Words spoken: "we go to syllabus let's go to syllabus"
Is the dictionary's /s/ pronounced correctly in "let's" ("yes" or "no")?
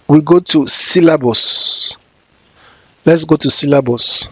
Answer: yes